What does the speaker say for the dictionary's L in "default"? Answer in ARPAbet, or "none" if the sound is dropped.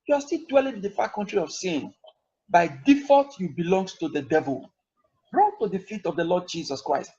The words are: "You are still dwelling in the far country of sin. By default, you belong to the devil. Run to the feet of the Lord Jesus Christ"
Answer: none